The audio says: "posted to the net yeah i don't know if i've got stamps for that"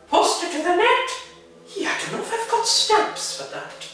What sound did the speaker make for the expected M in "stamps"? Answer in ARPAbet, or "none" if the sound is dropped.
none